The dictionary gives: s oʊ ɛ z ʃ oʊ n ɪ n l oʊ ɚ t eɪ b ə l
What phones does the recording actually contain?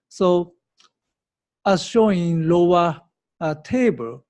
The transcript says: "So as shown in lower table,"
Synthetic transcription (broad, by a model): s oʊ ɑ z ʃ oʊ ɪ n l oʊ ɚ t eɪ b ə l